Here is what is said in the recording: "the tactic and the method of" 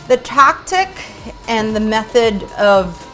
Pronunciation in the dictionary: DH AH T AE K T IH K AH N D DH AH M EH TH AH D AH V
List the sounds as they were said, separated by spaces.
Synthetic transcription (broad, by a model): DH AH T AE K T IH K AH N DH AH M EH TH AH D AH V